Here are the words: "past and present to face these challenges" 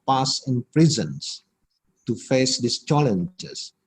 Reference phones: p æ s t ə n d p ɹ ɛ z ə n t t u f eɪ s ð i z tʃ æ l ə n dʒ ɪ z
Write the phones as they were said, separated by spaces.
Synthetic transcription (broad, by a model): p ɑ s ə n p ɹ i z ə n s t u f eɪ s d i s tʃ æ l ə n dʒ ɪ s